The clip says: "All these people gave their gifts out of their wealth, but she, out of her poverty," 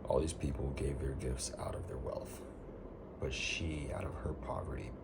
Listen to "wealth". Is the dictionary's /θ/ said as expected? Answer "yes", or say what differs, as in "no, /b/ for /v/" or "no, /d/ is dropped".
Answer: yes